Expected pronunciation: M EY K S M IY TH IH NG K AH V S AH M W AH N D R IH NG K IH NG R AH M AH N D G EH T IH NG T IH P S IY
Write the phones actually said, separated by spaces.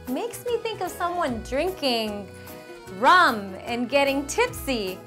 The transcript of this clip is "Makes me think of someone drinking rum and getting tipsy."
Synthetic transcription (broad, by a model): M EY K S M IY TH IH NG K AH V S AH M W AH N D R IH NG K IH NG R AH M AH N G EH T IH NG T IH P S IY